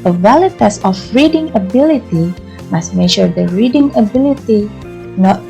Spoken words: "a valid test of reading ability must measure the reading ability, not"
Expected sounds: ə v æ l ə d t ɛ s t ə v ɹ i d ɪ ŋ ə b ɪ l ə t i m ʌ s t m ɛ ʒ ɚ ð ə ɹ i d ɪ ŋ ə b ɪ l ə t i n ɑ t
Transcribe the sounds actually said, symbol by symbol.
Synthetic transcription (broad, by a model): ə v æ l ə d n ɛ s ə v ɹ i d ɪ ŋ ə b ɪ l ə t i m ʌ s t m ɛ ʃ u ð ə ɹ i d ɪ ŋ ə b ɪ l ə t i n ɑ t